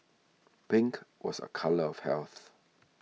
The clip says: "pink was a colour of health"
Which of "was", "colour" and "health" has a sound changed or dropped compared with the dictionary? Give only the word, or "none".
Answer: none